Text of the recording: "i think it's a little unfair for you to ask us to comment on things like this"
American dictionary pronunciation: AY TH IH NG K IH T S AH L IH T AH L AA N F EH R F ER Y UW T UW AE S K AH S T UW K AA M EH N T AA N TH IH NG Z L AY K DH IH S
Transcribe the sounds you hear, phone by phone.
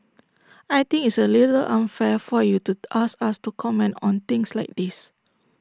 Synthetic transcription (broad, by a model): AY T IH NG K IH T S AH L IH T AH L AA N F EH F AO Y UW T UW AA S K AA S T UW K AA M EH N T AA N T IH NG S L AY K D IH S